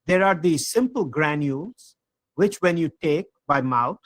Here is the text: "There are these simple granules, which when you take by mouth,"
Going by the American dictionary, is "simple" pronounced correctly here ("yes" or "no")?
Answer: yes